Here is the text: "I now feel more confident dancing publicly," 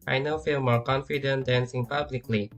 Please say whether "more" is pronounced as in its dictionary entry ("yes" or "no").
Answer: yes